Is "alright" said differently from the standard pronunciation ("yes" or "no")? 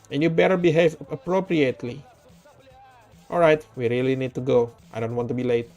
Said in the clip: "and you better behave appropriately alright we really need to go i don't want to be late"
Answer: no